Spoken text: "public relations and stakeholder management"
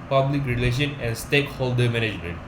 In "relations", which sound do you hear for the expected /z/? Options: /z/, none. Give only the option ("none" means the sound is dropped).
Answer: none